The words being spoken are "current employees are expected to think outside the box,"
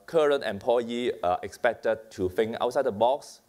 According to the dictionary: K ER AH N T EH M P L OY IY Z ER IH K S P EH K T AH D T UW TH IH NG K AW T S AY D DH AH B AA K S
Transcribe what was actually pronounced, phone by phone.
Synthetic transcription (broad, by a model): K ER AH N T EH M P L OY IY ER IH K S P EH K T AH D T UW F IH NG AW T S AY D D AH B AA K S